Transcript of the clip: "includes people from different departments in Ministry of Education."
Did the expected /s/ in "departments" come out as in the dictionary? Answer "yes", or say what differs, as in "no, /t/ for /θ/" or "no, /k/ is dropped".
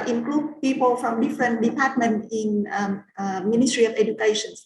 no, /s/ is dropped